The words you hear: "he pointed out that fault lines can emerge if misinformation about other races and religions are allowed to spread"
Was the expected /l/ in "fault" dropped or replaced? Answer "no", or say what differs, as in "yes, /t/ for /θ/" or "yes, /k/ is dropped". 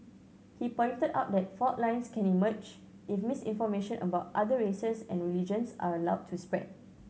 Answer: yes, /l/ is dropped